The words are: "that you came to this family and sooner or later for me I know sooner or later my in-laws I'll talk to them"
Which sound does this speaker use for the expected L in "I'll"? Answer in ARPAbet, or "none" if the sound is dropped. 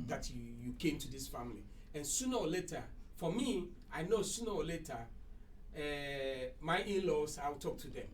W